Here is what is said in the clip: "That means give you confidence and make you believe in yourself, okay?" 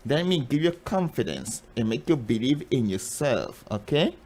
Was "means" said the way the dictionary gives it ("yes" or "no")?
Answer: no